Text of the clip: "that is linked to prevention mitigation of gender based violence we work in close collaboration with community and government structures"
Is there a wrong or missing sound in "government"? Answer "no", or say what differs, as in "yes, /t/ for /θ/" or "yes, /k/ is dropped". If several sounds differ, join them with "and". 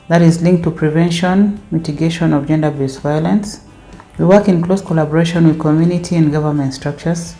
no